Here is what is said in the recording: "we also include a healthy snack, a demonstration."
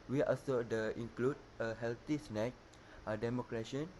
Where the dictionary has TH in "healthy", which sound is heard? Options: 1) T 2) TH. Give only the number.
1